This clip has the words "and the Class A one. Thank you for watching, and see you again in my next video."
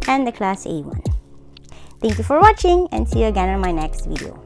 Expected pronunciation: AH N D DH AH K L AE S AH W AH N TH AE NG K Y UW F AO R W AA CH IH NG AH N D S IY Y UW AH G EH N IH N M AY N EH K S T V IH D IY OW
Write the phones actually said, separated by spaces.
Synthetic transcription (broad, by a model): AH N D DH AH K L AE S AH W AH N T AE NG K Y UW F AO R W AA CH IH NG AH N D S IY Y UW AH G EH N IH N M AY N EH K S T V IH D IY OW